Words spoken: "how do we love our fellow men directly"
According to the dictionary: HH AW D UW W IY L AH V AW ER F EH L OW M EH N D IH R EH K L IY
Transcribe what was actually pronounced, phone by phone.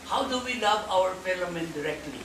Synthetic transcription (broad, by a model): HH AW D UW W IY L AH V AW ER P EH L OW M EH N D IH R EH K L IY